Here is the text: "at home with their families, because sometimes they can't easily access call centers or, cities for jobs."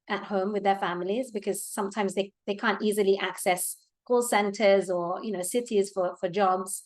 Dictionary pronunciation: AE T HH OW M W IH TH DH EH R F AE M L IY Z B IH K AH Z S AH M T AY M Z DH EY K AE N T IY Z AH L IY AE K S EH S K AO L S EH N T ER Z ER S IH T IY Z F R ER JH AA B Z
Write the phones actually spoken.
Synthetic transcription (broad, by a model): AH T HH OW M W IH DH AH R F AE M L IY Z B IH K AH Z S AH M T AY M Z DH EY K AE N T IY Z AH L IY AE K S EH S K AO L S EH N T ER Z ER S IH T IY Z F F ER JH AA B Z